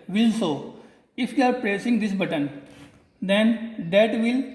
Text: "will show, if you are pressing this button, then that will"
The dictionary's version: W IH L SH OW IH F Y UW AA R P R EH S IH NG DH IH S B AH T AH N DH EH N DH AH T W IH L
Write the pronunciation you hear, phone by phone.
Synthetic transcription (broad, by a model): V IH L S OW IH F Y UW AA R P R EH S IH NG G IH S B AH T AH N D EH N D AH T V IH L